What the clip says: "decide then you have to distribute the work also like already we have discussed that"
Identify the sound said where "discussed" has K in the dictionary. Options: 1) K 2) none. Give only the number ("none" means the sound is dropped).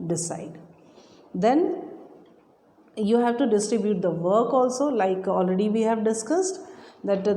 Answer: 1